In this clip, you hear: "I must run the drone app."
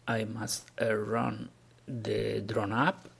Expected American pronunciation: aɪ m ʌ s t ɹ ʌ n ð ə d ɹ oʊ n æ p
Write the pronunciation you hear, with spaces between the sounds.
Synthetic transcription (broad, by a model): aɪ m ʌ s t ɹ ʌ n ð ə d ɹ oʊ n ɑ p